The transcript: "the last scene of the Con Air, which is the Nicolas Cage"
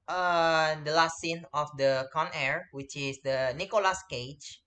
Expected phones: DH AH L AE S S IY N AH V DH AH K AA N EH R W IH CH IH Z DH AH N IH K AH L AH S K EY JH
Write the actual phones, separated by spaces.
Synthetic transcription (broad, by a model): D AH L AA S S IY N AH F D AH K AA N EH R W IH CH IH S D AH N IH K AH L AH S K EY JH